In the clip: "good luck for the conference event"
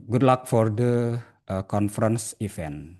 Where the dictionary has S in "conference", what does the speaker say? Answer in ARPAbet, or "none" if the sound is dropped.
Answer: S